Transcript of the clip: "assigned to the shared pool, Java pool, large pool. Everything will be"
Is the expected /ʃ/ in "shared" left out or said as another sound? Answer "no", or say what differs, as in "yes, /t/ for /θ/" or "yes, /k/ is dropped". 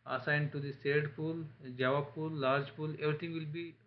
yes, /s/ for /ʃ/